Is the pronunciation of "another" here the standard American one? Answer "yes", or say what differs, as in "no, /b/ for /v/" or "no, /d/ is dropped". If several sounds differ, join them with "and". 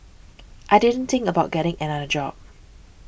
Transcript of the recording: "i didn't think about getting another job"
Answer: no, /ð/ is dropped